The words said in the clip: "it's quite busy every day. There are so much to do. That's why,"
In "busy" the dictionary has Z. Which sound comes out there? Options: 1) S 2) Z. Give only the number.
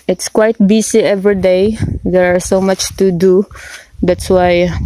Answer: 1